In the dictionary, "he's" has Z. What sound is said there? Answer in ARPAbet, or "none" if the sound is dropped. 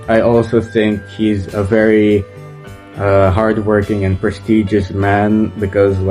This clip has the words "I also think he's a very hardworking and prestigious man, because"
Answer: Z